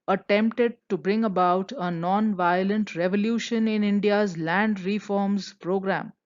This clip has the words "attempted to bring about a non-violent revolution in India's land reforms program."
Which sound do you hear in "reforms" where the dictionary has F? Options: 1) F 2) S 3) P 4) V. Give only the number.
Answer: 1